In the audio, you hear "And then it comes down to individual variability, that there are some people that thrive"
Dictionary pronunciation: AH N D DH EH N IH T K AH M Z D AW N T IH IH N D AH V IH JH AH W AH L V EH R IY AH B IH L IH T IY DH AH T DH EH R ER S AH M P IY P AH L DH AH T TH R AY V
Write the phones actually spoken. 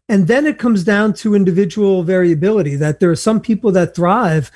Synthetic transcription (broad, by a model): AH N DH EH N IH T K AH M Z D AW N T IH IH N D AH V IH JH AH W L V EH R IY AH B IH L IH T IY DH AH T DH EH R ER S AH M P IY P L DH AH T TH R AY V